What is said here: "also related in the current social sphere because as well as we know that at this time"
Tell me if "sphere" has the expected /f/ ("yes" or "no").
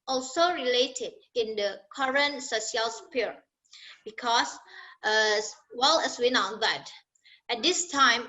no